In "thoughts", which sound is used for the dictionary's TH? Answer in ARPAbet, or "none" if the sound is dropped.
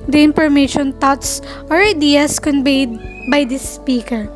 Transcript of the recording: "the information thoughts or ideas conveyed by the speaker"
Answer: T